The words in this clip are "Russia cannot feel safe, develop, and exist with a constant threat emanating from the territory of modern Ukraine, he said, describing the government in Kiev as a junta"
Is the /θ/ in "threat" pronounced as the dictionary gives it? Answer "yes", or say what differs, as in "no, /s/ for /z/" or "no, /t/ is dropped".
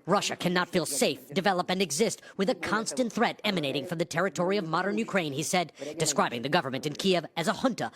yes